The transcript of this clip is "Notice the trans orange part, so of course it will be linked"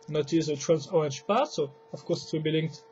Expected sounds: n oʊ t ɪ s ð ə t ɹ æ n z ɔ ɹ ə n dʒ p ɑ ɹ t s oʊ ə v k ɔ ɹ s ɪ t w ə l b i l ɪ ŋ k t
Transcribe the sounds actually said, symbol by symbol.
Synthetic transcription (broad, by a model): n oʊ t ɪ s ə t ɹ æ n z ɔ ə n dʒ p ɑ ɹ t s oʊ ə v k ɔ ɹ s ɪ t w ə b i l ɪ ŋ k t